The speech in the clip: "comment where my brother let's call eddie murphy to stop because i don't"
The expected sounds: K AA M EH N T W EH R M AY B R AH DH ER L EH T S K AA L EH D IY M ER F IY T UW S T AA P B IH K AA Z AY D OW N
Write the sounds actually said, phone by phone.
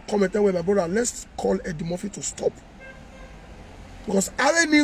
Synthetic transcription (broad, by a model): K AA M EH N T W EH M AY B R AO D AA L EH T S K AA L EH D IY M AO F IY T UW S T AA P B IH K AA S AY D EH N